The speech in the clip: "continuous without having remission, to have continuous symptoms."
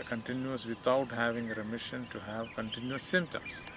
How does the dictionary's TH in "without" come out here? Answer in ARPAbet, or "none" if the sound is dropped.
T